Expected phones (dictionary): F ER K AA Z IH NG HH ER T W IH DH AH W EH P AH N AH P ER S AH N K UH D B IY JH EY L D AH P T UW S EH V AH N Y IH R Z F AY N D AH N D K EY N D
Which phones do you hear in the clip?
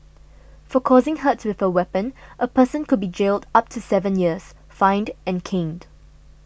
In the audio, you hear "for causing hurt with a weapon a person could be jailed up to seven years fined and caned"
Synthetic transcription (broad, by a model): F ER K AA Z IH NG HH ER T W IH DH AH W EH P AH N AH P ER S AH N K UH D B IY JH EY L D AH P T UW S EH V AH N Y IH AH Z F AY N D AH N K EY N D